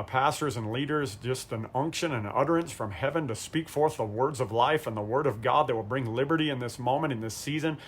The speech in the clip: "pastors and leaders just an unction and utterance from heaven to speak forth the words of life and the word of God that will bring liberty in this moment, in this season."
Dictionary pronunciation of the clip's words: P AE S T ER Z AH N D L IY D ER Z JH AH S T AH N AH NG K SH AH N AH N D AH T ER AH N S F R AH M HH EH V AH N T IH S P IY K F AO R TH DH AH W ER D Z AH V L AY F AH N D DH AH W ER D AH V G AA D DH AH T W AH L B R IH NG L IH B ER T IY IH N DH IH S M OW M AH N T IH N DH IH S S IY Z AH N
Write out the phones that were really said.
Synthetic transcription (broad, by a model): P AE S T ER Z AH N L IY D ER Z JH AH S T AH N AH NG K SH AH N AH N AH T ER AH N S F R AH M HH EH V AH N T IH S P IY K F AO R TH DH AH W ER D Z AH V L AY F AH N DH AH W ER D AH V G AA D DH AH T W AH L B R IH NG L IH B ER T IY IH N DH IH S M OW M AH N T IH N DH IH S S IY Z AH N